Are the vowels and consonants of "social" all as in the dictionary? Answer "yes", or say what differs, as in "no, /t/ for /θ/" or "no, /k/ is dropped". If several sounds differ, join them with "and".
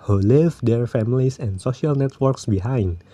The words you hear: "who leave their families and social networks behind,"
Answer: yes